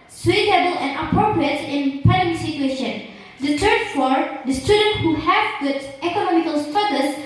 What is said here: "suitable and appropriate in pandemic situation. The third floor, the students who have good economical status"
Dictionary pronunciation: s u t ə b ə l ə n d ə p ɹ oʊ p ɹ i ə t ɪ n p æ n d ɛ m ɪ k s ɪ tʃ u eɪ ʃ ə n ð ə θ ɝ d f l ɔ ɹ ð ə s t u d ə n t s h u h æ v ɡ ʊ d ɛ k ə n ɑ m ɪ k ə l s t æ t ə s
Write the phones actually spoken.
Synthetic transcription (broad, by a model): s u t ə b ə l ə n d ə p ɹ oʊ p ɹ i ə t ɪ n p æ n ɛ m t s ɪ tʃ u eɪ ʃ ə n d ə t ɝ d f ɔ ɹ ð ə s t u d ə n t h u h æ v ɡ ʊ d ɛ k ə n ɑ m ɪ k ə l s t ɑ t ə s